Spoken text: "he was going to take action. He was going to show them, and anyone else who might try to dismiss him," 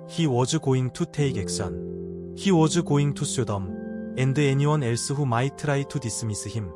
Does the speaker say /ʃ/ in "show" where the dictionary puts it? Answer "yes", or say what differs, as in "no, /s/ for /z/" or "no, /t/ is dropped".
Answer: no, /s/ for /ʃ/